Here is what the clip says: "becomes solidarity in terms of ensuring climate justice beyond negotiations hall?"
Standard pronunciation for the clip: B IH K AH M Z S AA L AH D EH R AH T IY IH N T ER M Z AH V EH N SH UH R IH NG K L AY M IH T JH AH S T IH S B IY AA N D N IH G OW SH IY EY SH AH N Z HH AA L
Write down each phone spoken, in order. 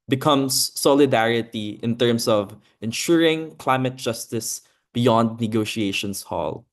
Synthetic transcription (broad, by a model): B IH K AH M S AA L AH D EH R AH T IY IH N T ER M S AH V EH N SH UH R IH NG K L AY M IH T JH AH S T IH S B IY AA N D N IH G OW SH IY EY SH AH N S HH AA L